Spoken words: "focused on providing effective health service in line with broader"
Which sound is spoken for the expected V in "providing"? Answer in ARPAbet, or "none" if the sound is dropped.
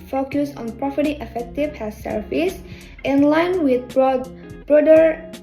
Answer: F